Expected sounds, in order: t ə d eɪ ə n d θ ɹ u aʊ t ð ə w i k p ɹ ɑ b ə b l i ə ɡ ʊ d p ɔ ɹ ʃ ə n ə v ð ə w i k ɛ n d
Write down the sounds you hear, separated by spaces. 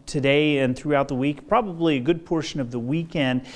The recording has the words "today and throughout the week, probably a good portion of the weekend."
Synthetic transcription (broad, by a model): t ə d eɪ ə n θ ɹ u aʊ t ð ə w i k p ɹ ɑ b ə b l i ə ɡ ʊ d p ɔ ɹ ʃ ə n ə v ð ə w i k ɛ n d